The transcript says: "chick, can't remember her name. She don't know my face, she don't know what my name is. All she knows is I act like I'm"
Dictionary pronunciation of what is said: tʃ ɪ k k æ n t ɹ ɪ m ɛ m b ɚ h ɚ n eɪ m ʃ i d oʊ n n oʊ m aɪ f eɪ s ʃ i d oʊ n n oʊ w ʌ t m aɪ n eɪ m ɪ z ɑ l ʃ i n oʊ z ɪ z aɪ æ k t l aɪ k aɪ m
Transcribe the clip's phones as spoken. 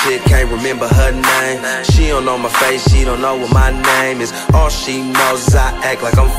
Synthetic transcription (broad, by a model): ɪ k k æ n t ɹ ɪ m ɛ m b ɚ h ɚ n eɪ m ʃ i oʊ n n oʊ m aɪ f eɪ s ʃ i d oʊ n n oʊ w ʌ t m aɪ n eɪ m ɪ z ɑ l ʃ i n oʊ ɪ z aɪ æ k l aɪ k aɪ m